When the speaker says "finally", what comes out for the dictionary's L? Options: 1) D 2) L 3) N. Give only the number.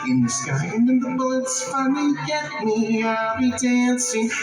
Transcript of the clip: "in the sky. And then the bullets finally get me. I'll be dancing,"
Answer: 3